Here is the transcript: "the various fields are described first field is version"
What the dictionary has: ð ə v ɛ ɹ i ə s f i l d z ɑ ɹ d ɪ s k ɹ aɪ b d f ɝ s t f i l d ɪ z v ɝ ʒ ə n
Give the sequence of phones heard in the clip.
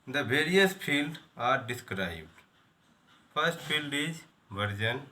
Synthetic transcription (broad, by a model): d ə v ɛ ɹ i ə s p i l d ɑ ɹ d ɪ s k ɹ aɪ b d p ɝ s t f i l d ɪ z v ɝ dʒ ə n